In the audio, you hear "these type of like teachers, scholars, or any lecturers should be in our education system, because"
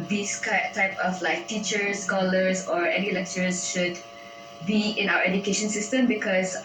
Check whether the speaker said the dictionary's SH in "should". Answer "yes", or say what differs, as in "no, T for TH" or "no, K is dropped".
yes